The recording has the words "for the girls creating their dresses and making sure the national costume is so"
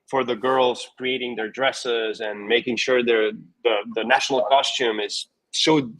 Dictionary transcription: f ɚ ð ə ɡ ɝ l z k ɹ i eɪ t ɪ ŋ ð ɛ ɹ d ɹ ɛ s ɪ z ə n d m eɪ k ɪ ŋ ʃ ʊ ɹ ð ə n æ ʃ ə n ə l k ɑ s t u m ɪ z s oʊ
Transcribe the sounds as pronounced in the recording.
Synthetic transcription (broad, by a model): f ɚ ð ə ɡ ɝ l z k ɹ i eɪ t ɪ ŋ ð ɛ ɹ d ɹ ɛ s ɪ z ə n m eɪ k ɪ ŋ ʃ ʊ ɹ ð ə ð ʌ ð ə n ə l k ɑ s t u m ɪ z s oʊ